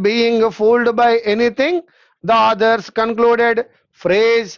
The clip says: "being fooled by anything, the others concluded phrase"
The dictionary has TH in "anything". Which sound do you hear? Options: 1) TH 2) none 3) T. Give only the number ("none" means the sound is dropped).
3